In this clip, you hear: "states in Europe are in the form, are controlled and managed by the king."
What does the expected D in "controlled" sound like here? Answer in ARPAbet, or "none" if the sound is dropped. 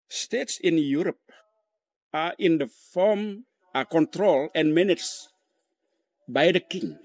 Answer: none